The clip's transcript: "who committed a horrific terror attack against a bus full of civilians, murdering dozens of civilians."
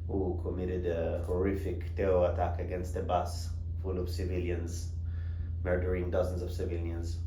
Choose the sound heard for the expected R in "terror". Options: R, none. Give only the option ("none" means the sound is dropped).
none